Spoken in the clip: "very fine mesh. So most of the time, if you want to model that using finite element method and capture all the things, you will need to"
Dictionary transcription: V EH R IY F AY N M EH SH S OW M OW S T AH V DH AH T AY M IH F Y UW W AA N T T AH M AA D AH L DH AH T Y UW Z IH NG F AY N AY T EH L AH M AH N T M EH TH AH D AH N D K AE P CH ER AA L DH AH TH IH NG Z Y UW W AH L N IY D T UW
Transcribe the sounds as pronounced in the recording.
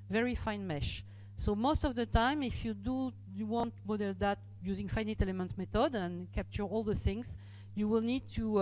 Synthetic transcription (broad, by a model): V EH R IY F AY N M EH SH S OW M OW S T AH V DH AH T AY M IH F Y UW W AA N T T M AA D AH L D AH T Y UW Z IH NG F AY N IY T EH L AH M AH N T M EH T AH D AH N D K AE P CH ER AA L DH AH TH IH NG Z Y UW W AH L N IY D T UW